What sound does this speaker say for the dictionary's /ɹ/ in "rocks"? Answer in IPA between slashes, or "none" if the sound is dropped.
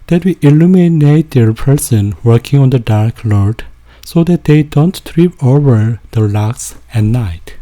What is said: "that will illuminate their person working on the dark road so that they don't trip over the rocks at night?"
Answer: /l/